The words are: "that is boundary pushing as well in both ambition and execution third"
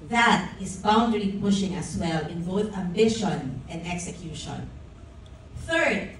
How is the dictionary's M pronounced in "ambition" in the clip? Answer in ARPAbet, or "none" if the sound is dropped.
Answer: M